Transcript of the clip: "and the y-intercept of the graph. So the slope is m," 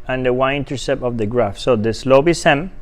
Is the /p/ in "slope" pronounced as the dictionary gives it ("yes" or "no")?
no